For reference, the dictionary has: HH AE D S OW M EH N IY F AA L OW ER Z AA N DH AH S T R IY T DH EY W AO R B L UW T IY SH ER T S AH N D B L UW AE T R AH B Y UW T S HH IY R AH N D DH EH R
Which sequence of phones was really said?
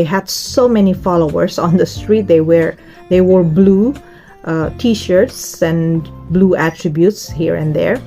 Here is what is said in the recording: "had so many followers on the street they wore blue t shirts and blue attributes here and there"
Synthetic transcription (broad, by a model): HH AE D S OW M EH N IY F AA L OW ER S AA N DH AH S T R IY T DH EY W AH R B L UW T IY SH ER T S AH N B L UW AE T R AH B Y UW T S HH IY R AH N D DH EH R